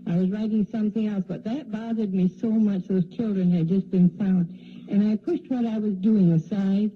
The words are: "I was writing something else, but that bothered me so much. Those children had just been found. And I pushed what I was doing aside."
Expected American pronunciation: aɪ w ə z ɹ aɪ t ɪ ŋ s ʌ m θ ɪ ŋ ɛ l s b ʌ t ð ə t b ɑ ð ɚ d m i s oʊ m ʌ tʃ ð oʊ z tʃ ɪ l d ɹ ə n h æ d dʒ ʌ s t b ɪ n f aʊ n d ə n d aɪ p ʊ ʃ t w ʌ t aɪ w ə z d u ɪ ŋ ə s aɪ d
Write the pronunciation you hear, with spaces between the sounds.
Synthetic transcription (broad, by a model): aɪ w ə z ɹ aɪ t ɪ ŋ s ʌ m θ ɪ ŋ ɛ l s b ʌ t ð ə t b ɑ ð ɚ d m i s oʊ m ʌ tʃ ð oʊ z tʃ ɪ l d ɹ ə n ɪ d dʒ ʌ s b ɪ n f aʊ n d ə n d aɪ p ʊ ʃ t w ʌ t aɪ w ə z d u ɪ ŋ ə s aɪ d